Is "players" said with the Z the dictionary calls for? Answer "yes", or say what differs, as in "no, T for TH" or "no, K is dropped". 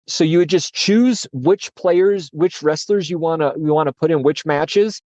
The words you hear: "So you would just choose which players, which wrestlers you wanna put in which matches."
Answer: yes